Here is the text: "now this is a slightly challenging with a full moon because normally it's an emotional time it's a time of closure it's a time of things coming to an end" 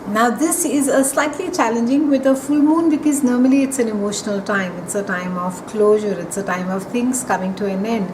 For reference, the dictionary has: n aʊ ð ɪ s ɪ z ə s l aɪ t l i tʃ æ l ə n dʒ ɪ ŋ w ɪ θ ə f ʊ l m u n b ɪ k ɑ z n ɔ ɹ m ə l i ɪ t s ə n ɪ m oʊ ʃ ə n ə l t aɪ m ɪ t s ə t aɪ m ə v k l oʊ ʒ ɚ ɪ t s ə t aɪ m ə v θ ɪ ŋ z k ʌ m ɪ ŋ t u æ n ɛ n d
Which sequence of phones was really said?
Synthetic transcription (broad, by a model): n aʊ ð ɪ s ɪ z ə s l aɪ t l i tʃ æ l ə n dʒ ɪ ŋ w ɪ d ə f ʊ l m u n b ɪ k ɑ z n ɔ ɹ m ə l i ɪ t s ə n ɪ m oʊ ʃ ə n ə l t aɪ m ɪ t s ə t aɪ m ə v k l oʊ ʒ ɚ ɪ t s ə t aɪ m ə v t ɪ ŋ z k ʌ m ɪ ŋ t u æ n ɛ n d